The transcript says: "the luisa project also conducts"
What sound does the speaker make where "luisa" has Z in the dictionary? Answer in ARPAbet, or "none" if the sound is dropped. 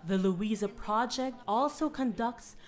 Z